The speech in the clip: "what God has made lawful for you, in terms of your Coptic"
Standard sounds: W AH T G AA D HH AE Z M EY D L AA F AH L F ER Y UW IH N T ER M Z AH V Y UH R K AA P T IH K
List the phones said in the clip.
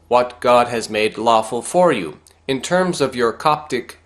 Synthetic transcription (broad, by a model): W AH T G AA D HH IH Z M EY D L AA F AH L F ER Y UW IH N T ER M Z AH V Y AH R K AA P T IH K